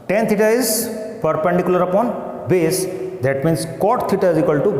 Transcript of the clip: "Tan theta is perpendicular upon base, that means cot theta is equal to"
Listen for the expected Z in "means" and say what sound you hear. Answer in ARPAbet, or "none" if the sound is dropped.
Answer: S